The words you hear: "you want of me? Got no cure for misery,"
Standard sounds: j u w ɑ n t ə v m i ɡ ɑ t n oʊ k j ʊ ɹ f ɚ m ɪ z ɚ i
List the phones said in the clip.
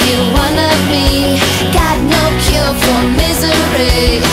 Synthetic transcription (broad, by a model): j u w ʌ n ə v m i ɡ ɑ t n oʊ k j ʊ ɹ f ɚ m ɪ z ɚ i